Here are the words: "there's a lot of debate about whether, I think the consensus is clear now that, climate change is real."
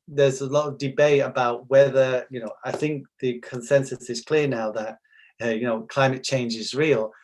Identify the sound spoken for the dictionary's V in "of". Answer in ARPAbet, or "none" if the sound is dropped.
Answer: V